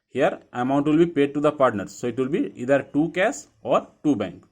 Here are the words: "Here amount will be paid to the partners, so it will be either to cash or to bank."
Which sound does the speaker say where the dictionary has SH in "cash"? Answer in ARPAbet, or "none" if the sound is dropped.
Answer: S